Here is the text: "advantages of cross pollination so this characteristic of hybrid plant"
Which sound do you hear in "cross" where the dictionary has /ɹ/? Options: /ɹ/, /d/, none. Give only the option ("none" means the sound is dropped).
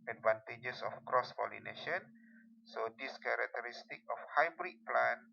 /ɹ/